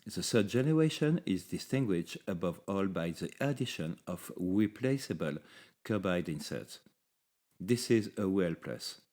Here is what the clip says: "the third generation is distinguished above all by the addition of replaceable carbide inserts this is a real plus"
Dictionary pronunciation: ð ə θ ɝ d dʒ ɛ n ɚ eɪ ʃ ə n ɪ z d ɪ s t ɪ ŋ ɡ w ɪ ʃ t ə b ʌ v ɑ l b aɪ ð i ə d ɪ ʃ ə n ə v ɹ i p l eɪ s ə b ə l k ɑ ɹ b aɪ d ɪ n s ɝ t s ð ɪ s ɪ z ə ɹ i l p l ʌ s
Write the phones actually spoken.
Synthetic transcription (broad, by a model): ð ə s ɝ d dʒ ɛ n ɚ eɪ ʃ ə n ɪ z d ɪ s t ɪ ŋ ɡ w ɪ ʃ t ə b ʌ v ɑ l b aɪ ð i ə d ɪ ʃ ə n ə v ɹ i p l eɪ s ə b ə l k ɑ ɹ b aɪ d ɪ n s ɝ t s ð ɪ s ɪ z ə w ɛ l p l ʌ s